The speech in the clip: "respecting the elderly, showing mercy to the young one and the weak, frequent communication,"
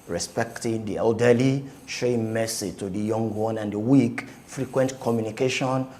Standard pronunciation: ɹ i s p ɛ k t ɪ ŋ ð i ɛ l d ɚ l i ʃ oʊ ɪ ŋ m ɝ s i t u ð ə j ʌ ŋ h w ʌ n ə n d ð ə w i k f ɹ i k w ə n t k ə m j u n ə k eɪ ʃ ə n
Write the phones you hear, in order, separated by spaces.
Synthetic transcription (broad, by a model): ɹ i s p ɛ k t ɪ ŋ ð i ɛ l d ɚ l i ʃ oʊ ɪ ŋ m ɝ s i t u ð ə j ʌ ŋ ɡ w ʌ n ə n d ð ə w i k f ɹ i k w ə n t k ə m j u n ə k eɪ ʃ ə n